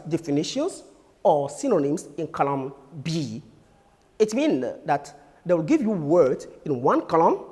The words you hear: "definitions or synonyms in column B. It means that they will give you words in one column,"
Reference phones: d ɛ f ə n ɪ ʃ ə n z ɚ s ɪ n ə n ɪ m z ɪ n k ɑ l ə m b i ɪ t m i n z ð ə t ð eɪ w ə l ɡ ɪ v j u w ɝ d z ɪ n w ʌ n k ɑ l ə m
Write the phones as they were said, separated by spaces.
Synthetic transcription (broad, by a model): d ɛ f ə n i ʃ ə n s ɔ s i n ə n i m s ɪ n k ɑ l ə m b i ɪ t m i n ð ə t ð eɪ w ə l ɡ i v j u w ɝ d ɪ n w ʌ n k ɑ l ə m